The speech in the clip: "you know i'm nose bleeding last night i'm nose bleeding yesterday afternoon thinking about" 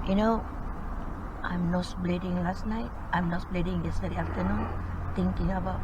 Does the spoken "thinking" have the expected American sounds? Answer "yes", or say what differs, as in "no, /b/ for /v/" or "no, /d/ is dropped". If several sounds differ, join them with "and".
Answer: no, /t/ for /θ/